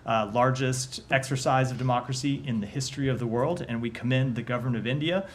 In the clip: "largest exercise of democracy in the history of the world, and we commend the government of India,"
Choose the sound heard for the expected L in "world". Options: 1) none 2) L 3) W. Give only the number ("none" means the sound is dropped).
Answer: 2